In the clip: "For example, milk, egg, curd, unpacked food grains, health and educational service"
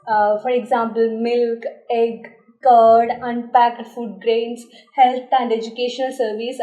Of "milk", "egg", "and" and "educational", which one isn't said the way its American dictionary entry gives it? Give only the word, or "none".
none